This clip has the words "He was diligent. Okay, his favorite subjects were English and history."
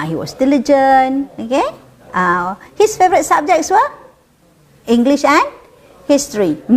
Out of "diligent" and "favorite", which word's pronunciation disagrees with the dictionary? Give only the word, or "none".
diligent